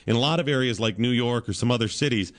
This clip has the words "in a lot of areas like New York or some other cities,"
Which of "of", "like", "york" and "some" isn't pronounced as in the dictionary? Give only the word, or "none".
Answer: none